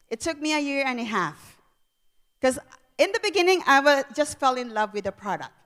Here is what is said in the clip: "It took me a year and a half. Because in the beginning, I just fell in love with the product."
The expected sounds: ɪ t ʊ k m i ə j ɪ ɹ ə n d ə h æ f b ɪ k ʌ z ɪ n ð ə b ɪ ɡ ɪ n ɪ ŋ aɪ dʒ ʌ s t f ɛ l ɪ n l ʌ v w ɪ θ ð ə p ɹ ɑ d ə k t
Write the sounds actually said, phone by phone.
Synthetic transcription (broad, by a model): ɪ t ʊ k m i ə j ɪ ɹ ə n ə h æ f k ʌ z ɪ n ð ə b ɪ ɡ ɪ n ɪ ŋ aɪ dʒ ʌ s t f ɛ l ɪ n l ʌ v w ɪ ð ə p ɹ ɑ d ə k t